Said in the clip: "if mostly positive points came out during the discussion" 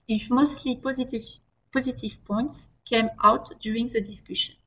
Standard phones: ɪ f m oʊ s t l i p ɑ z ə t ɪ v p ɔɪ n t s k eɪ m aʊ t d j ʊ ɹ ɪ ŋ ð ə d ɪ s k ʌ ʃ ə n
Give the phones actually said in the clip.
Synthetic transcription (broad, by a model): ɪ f m oʊ s t l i p ɑ z ə t ɪ v p ɔɪ n t s k eɪ m aʊ t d j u ɹ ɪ ŋ ð ə d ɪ s k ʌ ʃ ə n